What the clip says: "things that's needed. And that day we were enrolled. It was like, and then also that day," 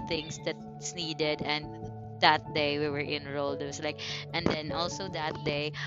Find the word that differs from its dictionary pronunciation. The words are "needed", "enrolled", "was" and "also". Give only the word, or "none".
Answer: was